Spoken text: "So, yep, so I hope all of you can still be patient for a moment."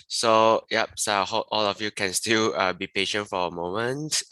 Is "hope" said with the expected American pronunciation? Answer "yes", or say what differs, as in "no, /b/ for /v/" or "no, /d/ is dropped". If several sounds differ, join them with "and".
no, /p/ is dropped